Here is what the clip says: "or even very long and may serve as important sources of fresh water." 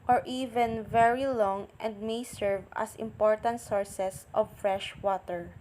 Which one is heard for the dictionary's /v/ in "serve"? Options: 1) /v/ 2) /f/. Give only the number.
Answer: 1